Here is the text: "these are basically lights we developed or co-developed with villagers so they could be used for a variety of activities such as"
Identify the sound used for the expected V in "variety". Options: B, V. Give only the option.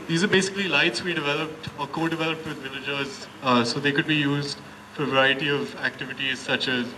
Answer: V